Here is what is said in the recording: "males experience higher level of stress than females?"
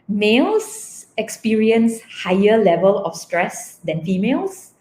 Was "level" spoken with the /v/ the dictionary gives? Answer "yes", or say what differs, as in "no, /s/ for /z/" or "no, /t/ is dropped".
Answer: yes